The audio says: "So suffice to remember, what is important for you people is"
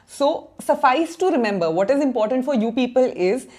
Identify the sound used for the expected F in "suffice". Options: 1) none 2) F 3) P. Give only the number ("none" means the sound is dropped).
2